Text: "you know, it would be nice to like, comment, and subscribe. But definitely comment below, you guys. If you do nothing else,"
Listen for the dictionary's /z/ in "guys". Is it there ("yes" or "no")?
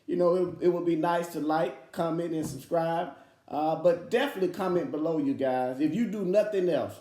yes